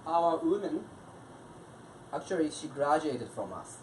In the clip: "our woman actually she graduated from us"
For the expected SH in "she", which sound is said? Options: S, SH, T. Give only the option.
SH